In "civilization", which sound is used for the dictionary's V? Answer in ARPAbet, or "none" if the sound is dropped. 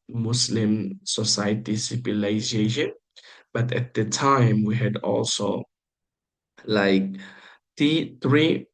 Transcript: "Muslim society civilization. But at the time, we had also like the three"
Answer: P